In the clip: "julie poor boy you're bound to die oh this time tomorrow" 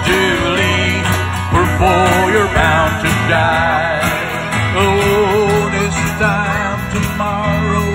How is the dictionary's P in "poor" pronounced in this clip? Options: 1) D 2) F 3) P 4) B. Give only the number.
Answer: 4